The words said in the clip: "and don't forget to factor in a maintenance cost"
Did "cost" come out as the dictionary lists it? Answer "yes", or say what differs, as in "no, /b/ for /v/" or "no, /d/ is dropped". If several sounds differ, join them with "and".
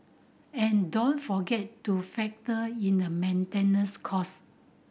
no, /t/ is dropped